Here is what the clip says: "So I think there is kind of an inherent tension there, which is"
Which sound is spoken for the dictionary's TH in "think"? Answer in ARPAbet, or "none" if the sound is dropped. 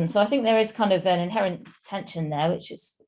TH